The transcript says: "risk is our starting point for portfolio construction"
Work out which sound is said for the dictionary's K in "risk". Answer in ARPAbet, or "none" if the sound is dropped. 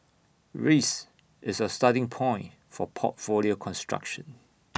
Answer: none